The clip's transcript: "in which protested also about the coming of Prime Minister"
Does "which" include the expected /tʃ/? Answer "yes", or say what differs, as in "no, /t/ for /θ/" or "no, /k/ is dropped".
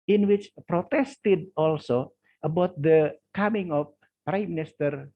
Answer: yes